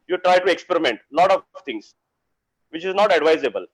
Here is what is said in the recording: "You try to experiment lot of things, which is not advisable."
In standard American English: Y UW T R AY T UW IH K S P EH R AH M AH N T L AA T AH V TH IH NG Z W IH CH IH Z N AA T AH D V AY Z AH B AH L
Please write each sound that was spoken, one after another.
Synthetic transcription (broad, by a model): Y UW T R AY T UW IH K S P EH R AH M AH N T L AA T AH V T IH NG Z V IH CH IH Z N AA T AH D V AY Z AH B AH L